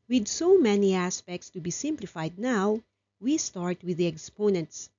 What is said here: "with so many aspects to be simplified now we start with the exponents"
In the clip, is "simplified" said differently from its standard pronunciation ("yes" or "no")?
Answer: no